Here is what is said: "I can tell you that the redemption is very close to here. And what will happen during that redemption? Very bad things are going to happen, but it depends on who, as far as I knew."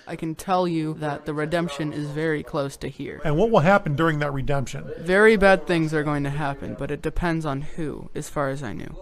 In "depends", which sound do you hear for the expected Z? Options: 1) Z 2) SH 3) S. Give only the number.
1